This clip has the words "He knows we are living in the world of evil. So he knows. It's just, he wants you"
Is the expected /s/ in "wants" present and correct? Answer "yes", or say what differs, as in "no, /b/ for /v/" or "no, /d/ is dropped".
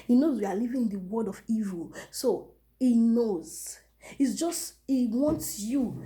yes